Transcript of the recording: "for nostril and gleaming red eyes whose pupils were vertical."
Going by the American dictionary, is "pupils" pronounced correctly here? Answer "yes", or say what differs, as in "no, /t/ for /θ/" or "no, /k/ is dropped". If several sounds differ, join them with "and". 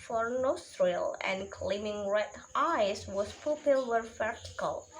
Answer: no, /z/ is dropped